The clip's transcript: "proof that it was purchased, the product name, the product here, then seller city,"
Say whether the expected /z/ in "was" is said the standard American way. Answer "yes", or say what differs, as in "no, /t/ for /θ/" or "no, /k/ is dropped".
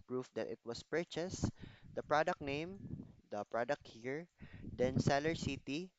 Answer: no, /s/ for /z/